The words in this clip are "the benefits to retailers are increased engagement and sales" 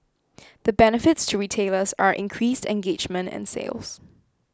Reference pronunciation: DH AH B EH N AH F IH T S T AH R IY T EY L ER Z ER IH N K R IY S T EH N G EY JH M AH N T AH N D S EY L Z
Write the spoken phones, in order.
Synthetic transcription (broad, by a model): DH AH B EH N AH F IH T S T AH R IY T EY L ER S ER IH N K R IY S T EH N G EY JH M AH N T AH N S EY L Z